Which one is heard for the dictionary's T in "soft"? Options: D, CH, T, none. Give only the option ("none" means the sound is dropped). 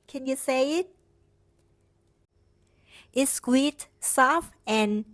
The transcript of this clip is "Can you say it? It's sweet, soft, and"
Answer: none